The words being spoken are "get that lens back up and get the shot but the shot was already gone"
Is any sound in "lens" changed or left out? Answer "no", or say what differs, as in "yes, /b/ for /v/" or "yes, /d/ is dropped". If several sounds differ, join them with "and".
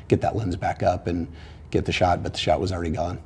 no